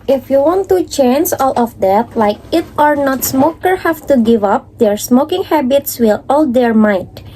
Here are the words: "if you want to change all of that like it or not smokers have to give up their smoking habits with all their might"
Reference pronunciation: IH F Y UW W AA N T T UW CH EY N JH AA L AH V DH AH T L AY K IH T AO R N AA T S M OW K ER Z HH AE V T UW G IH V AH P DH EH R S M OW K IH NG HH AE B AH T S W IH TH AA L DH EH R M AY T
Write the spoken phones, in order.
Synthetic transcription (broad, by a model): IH F Y UW W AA N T T UW CH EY N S AA L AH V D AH T L AY K IH T AO R N AA T S M OW K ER HH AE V T UW G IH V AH P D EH R S M OW K IH NG HH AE B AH T S W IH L AA L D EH R M AY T